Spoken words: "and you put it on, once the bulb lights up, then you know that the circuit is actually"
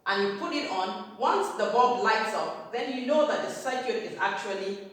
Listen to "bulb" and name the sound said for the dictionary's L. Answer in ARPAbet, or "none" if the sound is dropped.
none